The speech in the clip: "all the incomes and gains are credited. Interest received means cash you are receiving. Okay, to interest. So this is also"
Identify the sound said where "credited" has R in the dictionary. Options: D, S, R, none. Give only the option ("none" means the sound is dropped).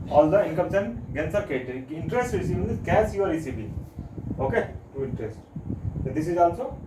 none